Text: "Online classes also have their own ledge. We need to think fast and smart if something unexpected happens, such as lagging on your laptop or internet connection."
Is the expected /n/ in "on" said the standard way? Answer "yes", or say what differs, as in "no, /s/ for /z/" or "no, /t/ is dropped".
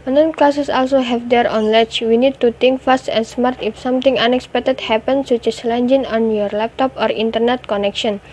yes